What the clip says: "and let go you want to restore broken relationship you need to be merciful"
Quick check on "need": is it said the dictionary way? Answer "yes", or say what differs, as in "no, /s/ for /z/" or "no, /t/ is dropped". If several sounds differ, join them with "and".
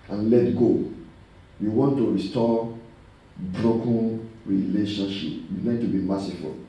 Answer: no, /l/ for /n/